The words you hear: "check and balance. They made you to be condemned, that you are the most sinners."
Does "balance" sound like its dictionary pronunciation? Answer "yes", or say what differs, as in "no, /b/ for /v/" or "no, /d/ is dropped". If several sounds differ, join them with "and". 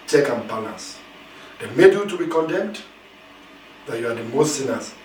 no, /n/ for /l/ and /n/ is dropped